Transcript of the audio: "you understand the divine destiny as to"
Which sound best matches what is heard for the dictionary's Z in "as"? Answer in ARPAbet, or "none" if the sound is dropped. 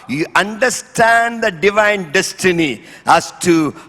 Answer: S